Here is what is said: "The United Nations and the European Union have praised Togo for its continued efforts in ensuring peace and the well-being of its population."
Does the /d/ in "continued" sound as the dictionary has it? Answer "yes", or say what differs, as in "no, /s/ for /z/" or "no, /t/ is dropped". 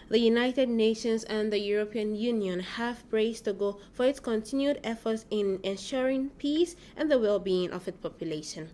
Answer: yes